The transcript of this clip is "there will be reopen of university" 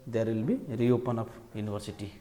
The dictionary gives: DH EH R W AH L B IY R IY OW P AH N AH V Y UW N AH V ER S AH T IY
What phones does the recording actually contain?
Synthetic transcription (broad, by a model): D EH R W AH L B IY R IY OW P AH N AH P Y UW N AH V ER S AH T IY